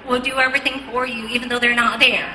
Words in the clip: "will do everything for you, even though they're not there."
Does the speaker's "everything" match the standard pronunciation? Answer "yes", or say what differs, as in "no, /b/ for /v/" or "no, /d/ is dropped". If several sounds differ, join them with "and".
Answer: yes